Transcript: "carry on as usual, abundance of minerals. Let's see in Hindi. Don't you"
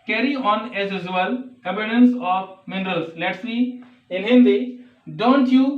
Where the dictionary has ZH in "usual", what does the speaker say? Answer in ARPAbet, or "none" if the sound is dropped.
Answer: Z